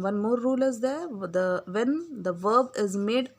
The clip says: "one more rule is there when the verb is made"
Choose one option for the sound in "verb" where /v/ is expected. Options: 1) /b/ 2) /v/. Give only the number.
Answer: 2